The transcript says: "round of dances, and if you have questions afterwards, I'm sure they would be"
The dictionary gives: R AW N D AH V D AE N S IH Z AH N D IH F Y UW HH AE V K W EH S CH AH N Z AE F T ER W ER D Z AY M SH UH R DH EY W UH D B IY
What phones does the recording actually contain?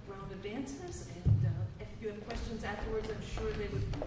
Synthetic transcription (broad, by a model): R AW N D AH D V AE N S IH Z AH N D IH F Y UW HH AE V K W EH S CH AH N Z AE F T ER W ER D Z AY M SH UH R DH EY W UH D